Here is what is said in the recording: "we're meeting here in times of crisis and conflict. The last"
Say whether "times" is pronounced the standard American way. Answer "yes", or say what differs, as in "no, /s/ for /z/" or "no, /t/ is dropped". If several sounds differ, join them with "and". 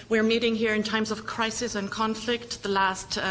yes